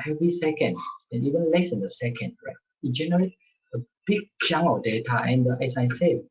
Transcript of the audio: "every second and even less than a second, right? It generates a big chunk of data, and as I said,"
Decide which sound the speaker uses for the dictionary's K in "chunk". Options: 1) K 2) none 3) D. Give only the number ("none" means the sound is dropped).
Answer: 2